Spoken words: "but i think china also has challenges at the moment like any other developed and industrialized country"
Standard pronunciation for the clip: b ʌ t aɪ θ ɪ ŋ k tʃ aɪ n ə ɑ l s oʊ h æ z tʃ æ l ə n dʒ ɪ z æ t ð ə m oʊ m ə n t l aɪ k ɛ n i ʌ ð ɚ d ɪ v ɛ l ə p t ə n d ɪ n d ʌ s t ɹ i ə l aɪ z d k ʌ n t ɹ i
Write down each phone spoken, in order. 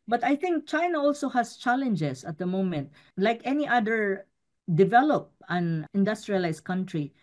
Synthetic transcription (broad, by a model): b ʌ t aɪ θ ɪ ŋ k tʃ aɪ n ə ɑ l s oʊ h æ s tʃ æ l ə n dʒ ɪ s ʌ t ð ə m oʊ m ə n t l aɪ k ɛ n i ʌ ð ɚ d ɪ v ɛ l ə p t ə n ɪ n d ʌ s t ɹ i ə l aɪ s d k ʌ n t ɹ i